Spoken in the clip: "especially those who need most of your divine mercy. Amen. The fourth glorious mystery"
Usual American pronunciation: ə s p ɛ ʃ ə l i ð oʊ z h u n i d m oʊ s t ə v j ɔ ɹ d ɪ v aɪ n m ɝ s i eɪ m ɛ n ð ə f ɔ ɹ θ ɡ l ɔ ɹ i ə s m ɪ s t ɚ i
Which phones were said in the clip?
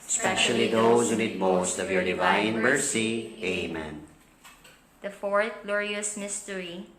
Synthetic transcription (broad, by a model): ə s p ɛ ʃ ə l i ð oʊ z h u n i d m oʊ s t ə v j ɔ ɹ d ɪ v aɪ n m ɝ s i eɪ m ɛ n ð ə f ɔ ɹ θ ɡ l ɔ ɹ i ə s m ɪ s t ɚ i